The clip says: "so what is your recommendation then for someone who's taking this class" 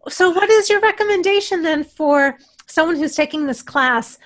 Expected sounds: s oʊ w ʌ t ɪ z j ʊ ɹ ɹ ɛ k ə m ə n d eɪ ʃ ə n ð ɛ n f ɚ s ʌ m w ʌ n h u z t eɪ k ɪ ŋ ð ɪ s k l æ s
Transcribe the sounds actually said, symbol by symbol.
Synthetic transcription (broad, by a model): s oʊ w ʌ t ɪ z j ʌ ɹ ɹ ɛ k ə m ə n d eɪ ʃ ə n ð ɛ n f ɚ s ʌ m w ʌ n h u z t eɪ k ɪ ŋ ð ɪ s k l æ s